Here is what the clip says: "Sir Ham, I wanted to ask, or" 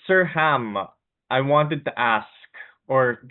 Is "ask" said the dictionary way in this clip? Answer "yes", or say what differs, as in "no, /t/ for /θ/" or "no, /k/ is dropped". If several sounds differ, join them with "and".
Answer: yes